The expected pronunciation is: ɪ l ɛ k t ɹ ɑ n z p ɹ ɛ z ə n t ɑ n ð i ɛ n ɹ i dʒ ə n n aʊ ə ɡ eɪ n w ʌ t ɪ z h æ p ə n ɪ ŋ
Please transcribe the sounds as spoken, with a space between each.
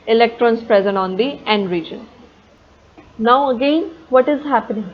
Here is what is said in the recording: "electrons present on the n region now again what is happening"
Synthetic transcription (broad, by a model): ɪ l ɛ k t ɹ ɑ n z p ɹ ɛ z ə n t ɑ n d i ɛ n ɹ i dʒ ə n n aʊ ə ɡ eɪ n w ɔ t ɪ z h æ p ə n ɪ ŋ